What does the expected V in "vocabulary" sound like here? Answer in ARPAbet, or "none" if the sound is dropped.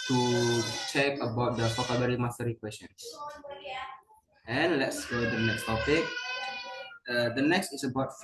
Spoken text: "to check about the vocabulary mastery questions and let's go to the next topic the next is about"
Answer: F